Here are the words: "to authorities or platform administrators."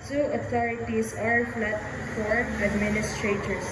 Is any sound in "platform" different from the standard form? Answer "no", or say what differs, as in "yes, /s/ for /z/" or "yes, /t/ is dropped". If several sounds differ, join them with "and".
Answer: yes, /f/ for /p/ and /m/ is dropped